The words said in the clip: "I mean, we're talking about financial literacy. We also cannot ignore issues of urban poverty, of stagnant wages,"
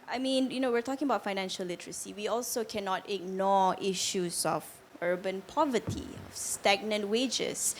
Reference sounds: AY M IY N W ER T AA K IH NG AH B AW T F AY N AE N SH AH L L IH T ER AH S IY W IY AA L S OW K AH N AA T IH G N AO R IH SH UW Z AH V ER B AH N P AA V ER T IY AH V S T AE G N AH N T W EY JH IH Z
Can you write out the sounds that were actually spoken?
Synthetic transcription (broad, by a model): AY M IY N W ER T AA K IH NG AH B AW T F AY N AE N SH AH L L IH T ER AH S IY W IY AA L S OW K AH N AA T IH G N AO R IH SH UW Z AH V ER B AH N P AA V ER T IY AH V S T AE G N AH N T W EY JH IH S